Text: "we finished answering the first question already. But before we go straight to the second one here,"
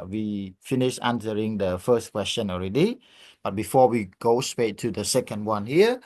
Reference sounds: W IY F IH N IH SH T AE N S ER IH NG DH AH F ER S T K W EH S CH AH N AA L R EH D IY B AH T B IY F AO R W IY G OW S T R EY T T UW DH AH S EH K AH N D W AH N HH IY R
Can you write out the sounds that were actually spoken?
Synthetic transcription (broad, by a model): W IY F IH N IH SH AA N S ER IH NG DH AH F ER S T K W EH S CH AH N AA L R EH D IY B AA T B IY F AO W IY G OW S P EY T T UW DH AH S EH K AH N D W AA N HH IY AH